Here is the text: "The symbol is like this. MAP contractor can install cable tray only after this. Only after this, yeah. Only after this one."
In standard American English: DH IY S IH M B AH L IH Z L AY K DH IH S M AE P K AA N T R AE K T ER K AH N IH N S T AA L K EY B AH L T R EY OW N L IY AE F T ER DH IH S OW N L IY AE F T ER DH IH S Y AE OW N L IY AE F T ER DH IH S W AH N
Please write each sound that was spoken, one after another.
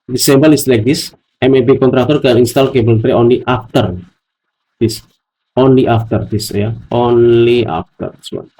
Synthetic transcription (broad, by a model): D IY S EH M B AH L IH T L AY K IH S M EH B K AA N T R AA K T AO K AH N IH N S T AA L K EY B AH L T R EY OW N L IY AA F T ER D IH S OW N L IY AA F T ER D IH S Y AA OW N L IY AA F T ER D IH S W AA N